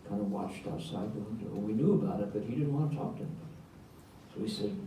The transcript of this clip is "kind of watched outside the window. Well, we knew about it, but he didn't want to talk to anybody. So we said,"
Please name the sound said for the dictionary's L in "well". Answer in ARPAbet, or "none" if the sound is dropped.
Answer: N